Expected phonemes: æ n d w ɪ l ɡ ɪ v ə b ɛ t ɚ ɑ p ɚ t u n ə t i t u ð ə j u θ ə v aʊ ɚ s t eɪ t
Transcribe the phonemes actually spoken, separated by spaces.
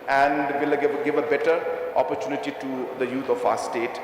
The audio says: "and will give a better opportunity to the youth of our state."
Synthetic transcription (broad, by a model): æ n d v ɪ l ɡ ɪ v ə b ɛ t ɚ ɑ p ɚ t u n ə t i t u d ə j u t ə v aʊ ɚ s t eɪ t